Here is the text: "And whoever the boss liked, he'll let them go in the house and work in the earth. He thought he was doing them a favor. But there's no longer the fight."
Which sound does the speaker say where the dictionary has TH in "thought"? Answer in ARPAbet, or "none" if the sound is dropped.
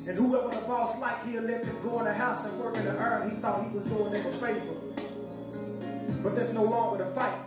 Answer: TH